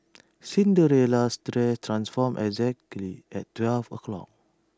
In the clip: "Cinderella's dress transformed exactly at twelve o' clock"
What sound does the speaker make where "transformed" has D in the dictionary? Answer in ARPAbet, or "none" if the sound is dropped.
none